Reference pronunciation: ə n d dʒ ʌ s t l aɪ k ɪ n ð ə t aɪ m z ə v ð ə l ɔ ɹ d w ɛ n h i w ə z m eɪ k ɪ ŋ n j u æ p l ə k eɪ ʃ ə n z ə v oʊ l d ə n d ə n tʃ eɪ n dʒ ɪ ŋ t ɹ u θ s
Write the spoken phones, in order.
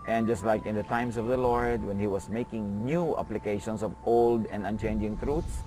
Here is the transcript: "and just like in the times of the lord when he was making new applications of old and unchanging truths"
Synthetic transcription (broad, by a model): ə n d dʒ ʌ s t l aɪ k ɪ n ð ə t aɪ m s ə v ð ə l ɔ ɹ d w ɛ n h i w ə s m eɪ k ɪ ŋ n j u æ p l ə k eɪ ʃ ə n s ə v oʊ l d ə n d ə n tʃ eɪ n dʒ ɪ ŋ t ɹ u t s